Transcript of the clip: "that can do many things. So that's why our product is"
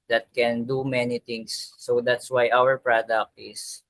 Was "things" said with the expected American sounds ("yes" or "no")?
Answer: no